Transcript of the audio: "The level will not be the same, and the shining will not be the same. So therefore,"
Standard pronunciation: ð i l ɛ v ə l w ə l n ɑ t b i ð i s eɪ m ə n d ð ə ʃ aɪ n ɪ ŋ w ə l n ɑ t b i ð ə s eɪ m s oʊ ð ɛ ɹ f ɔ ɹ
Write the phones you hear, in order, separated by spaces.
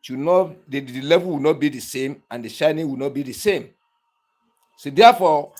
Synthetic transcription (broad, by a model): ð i l ɛ v ə l w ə n ɑ t b i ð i s eɪ m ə n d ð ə ʃ aɪ n ɪ ŋ w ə n ɑ t b i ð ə s eɪ m s oʊ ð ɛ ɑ f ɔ